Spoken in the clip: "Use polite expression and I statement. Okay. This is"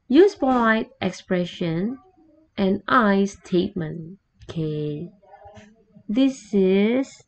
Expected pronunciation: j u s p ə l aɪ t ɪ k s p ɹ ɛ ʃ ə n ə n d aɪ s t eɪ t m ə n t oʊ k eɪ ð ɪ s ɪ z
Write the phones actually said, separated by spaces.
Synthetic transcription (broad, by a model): j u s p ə ɪ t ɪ k s p ɹ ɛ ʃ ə n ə n aɪ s t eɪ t m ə n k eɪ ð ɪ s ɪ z